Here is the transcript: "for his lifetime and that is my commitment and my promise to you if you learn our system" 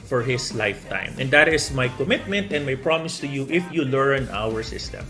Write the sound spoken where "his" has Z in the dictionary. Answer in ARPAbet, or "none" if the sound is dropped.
S